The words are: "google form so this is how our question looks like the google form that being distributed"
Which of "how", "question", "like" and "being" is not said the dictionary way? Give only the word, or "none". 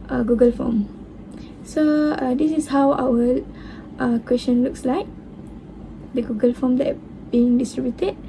question